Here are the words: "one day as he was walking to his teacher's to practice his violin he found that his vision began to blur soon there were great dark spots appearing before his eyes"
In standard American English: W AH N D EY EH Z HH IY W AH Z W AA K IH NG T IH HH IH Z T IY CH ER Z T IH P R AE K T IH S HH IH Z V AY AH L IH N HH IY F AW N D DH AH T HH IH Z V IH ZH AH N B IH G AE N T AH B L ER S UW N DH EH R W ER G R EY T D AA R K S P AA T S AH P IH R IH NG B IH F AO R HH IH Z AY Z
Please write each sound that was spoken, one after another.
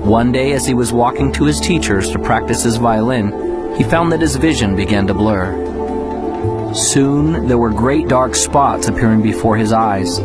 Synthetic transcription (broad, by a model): W AH N D EY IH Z IY W AH Z W AA K IH NG T IH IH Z T IY CH ER Z T IH P R AE K T IH S HH IH Z V AY AH L IH N IY F AW N DH AH T HH IH Z V IH ZH AH N B IH G AE N T AH B L ER S UW N DH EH R W ER G R EY T D AA R K S P AA T S AH P IH R IH NG B IH F AO R IH Z AY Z